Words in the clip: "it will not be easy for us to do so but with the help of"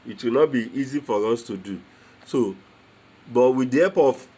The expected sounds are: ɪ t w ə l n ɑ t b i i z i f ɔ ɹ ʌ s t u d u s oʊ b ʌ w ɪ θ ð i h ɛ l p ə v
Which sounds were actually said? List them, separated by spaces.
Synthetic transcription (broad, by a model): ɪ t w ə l n ɑ t b i i z i f ɔ ɹ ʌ s t u d u s oʊ b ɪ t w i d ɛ p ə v